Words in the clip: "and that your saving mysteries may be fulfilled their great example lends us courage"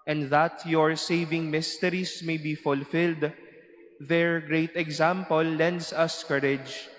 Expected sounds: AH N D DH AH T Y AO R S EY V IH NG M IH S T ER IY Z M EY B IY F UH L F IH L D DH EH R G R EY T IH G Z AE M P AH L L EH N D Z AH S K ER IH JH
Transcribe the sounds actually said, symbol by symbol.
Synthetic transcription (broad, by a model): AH N D DH AH T Y AO R S EY V IH NG M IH S T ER IY S M EY B IY F UH L F IH L D DH EH R G R EY T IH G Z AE M P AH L L EH N D S AH S K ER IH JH